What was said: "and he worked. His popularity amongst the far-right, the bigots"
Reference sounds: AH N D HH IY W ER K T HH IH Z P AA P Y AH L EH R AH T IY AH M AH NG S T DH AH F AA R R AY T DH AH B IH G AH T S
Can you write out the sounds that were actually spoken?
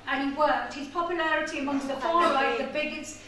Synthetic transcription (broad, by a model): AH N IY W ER T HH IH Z P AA P Y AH L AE R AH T IY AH M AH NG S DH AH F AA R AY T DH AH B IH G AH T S